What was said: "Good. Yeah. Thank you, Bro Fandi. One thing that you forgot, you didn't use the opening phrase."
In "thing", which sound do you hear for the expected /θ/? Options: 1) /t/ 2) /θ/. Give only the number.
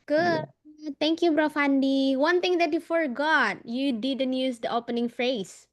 1